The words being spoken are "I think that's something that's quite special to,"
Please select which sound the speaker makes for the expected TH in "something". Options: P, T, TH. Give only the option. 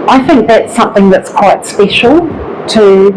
TH